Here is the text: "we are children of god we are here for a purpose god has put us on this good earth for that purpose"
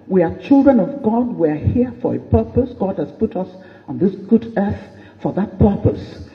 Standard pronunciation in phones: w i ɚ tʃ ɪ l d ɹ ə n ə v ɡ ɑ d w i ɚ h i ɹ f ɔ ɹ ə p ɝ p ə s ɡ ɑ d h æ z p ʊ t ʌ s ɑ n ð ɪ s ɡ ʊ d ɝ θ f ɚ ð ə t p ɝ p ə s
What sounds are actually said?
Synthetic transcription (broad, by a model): w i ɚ tʃ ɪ l d ɹ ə n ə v ɡ ɑ d w i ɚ h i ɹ f ɔ ɹ ə p ɝ p ə s ɡ ɑ d h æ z p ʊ t ʌ s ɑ n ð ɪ s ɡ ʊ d ɝ θ f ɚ ð ə t p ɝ p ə s